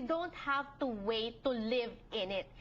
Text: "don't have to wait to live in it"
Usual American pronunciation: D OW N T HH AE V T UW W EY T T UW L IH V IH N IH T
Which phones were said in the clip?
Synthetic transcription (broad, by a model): D OW N T HH AE V T UW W EY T T UW L IH V IH N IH T